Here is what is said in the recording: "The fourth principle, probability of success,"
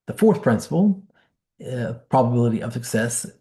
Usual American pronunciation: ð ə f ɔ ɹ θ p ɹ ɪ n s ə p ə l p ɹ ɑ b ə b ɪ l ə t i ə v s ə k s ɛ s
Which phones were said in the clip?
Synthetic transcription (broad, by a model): ð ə f ɔ ɹ θ p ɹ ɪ n s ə p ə p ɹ ɑ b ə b ɪ l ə t i ə v s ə k s ɛ s